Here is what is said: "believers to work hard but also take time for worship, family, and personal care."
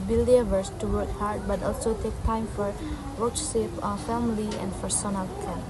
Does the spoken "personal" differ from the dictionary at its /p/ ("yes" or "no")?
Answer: yes